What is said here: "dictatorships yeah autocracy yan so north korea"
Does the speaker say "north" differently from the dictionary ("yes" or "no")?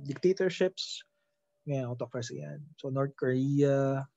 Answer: yes